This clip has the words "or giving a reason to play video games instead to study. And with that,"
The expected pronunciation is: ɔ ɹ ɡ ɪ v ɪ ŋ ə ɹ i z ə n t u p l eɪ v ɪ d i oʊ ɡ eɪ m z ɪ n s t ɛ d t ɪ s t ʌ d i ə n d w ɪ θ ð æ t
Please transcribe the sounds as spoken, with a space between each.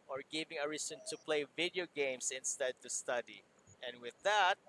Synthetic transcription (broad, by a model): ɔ ɹ ɡ ɪ v ɪ ŋ ə ɹ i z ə n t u p l eɪ v ɪ d i oʊ ɡ eɪ m s ɪ n s t ɛ d t ɪ s t ʌ d i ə n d w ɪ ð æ t